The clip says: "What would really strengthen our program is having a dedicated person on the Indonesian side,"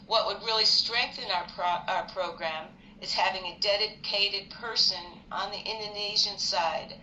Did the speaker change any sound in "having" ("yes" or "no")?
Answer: no